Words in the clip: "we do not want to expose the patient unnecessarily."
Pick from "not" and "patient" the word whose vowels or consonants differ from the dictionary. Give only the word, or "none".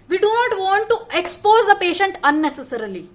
none